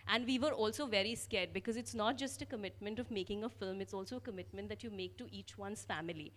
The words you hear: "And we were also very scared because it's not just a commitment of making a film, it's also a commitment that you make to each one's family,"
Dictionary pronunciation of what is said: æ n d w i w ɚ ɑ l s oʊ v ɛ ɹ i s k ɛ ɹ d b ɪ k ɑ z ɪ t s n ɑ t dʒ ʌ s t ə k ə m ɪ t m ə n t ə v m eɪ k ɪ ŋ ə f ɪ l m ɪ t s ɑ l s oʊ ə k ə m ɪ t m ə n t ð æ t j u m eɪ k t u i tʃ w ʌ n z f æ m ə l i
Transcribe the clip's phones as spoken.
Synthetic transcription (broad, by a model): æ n d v i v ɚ ɑ l s oʊ v ɛ ɹ i s k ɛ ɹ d b ɪ k ɑ z ɪ t s n ɑ t dʒ ʌ s t ə k ə m ɪ t m ə n t ə v m eɪ k ɪ ŋ ə f ɪ l m ɪ t s ɑ l s oʊ ə k ə m ɪ t m ə n t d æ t j u m eɪ k t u i tʃ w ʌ n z f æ m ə l i